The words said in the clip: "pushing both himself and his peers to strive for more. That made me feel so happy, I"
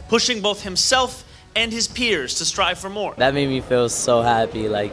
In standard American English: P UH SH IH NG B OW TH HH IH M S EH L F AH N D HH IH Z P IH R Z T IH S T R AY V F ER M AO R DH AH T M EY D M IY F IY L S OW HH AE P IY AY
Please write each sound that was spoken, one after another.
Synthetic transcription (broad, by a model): P UH SH IH NG B OW TH HH IH M S EH L F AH N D IH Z P IH R Z T IH S T R AY V F ER M AO R DH AH T M EY D M IY F IY L S OW HH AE P IY AY